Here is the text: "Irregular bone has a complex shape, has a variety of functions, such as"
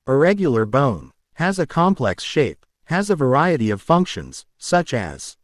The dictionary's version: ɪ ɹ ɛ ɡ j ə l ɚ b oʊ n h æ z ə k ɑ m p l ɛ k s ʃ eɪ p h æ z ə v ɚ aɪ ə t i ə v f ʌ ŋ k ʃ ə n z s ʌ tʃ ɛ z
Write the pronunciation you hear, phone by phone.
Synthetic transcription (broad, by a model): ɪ ɹ ɛ ɡ j l ɚ b oʊ n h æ z ə k ɑ m p l ɛ k s ʃ eɪ p h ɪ z ə v ɚ aɪ ə t i ə v f ʌ ŋ k ʃ ə n z s ʌ tʃ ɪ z